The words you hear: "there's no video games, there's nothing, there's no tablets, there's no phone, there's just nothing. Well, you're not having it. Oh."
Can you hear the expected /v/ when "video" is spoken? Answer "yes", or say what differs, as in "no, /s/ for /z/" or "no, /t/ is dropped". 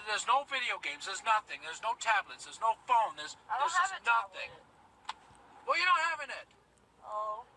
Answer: yes